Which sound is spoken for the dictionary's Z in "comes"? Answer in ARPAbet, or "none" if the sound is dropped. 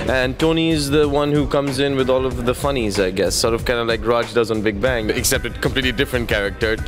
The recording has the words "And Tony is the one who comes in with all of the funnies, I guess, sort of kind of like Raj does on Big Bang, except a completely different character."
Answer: Z